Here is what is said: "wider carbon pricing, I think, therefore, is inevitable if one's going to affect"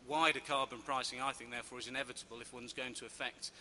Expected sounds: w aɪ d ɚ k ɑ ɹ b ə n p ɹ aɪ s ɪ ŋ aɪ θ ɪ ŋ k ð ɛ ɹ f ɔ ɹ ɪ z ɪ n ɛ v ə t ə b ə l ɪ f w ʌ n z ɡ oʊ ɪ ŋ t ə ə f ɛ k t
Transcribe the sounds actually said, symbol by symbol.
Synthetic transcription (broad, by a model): w aɪ d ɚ k ɑ ɹ b ə n p ɹ aɪ s ɪ ŋ aɪ θ ɪ ŋ k ð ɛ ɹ f ɔ ɹ ɪ z ɪ n ɛ v ə t ə b ə l ɪ f w ʌ n z ɡ oʊ ɪ ŋ t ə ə f ɛ k t